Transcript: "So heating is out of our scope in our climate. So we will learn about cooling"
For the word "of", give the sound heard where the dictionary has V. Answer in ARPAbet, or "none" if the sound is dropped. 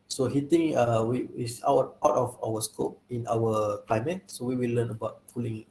W